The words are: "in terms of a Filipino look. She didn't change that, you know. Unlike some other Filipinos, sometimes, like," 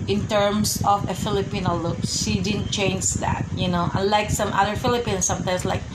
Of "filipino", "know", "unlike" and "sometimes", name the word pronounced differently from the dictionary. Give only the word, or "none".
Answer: sometimes